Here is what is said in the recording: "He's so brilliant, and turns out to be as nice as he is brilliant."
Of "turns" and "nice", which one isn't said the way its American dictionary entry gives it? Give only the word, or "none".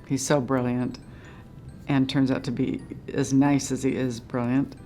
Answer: none